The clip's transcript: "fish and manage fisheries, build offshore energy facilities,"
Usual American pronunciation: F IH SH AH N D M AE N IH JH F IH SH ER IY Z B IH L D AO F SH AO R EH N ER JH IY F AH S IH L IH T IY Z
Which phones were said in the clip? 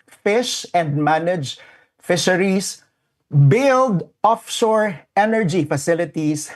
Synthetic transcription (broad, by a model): F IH SH AH N D M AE N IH JH F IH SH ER IY S B IH L D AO F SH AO R EH N ER JH IY F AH S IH L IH T IY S